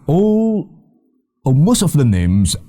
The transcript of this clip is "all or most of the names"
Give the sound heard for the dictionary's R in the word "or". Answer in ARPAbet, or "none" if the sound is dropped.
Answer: L